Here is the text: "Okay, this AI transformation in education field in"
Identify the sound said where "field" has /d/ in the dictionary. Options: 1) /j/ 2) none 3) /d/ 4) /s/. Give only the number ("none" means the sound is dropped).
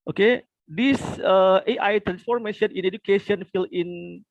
2